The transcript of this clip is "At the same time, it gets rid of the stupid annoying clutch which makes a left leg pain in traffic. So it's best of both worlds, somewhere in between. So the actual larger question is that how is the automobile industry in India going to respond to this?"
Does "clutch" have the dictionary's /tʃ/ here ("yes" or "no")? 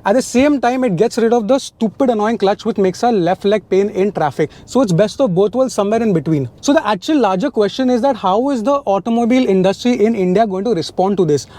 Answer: yes